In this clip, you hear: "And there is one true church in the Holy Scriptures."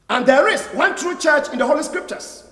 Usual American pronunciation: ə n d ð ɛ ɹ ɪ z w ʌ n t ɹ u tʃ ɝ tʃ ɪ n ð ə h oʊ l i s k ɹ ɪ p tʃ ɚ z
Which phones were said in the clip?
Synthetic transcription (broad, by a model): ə n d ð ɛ ɹ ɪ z w ʌ n t ɹ u tʃ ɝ tʃ ɪ n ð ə h oʊ l i s k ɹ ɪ p tʃ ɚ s